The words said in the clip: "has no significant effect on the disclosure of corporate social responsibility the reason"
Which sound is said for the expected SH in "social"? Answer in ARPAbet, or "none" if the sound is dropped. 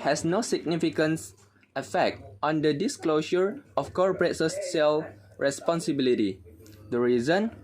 S